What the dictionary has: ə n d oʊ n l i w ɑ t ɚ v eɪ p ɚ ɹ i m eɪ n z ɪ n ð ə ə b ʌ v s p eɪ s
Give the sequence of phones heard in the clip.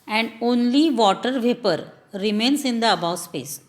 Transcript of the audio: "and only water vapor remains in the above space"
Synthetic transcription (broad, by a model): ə n d oʊ n l i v ɑ t ɚ v eɪ p ɚ ɹ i m eɪ n s ɪ n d ə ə b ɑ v s p eɪ s